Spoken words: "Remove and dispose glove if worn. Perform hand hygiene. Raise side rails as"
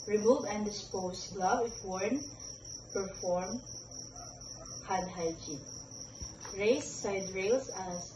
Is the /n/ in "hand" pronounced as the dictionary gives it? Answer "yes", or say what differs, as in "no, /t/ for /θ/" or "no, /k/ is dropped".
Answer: no, /n/ is dropped